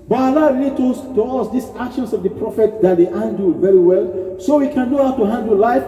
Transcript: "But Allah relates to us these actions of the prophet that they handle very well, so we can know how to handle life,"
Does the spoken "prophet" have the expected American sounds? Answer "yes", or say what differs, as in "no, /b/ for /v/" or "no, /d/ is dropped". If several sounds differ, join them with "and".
yes